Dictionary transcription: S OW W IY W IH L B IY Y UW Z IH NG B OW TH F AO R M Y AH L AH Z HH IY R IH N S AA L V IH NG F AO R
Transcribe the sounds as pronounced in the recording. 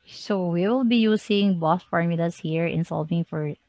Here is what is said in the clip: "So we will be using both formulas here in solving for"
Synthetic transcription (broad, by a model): S OW W IY W IH L B IY Y UW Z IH NG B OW S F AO R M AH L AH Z HH IY R IH N S AA L V IH NG F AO R